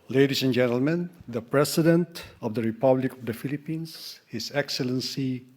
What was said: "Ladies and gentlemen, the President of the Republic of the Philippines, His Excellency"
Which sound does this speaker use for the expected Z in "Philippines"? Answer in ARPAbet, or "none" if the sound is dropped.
S